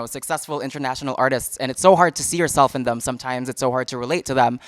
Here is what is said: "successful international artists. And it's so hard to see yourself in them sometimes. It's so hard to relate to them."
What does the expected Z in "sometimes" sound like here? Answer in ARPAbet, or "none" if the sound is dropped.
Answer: Z